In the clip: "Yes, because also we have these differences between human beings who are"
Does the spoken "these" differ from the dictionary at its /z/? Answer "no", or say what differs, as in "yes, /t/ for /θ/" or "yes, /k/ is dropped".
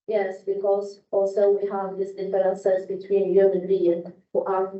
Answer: yes, /s/ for /z/